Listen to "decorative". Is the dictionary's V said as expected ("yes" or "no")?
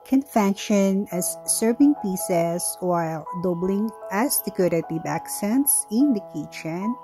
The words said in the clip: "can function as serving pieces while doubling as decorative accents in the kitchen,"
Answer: no